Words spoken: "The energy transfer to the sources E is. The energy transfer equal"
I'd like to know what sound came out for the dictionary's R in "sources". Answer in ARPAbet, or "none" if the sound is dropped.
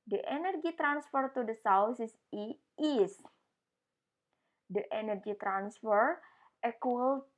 W